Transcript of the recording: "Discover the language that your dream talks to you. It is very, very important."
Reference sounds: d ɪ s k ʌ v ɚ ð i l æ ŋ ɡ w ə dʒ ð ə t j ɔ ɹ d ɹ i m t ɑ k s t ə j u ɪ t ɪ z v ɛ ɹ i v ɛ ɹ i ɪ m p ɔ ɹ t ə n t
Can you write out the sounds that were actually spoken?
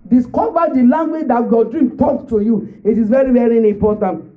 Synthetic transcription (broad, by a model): d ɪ s k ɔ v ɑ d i l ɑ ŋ ɡ w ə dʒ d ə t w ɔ d ɹ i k t ɑ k t ə j u ɪ t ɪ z v ɛ ɹ i v ɛ ɹ i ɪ m p ɔ t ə n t